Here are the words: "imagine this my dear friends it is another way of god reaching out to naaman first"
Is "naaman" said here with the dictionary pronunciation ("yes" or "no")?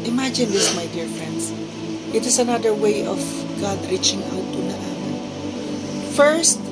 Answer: no